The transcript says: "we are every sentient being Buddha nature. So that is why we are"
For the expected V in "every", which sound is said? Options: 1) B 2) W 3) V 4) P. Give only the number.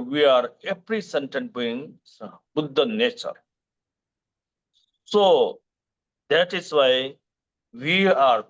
4